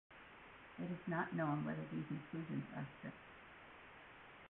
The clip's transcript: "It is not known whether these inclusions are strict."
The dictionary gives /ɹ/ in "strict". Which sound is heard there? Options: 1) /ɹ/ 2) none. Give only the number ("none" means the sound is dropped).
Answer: 2